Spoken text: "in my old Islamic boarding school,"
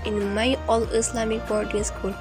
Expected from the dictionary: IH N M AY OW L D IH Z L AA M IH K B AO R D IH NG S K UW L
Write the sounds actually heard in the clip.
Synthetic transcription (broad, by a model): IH N M AY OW L IH S L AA M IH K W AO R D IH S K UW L